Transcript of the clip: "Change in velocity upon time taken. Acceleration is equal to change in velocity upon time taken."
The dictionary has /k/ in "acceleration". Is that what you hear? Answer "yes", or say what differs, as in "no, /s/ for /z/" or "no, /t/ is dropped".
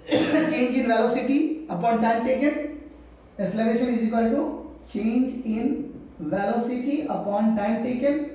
no, /k/ is dropped